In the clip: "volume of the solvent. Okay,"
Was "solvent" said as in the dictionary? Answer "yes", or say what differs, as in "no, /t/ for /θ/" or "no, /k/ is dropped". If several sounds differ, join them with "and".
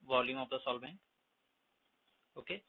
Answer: no, /b/ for /v/ and /t/ is dropped